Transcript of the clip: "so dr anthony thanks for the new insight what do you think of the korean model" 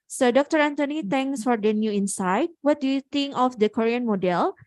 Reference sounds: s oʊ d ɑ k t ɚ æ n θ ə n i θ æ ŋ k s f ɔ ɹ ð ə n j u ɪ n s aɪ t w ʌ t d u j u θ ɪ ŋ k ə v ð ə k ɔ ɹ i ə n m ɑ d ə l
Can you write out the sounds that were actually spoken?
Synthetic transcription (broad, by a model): s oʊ d ɑ k t ɚ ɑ n t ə n i t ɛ ŋ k s f ɔ ɹ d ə n j u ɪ n s aɪ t w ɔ t d u j u t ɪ ŋ k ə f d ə k ɔ ɹ i ə n m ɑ d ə l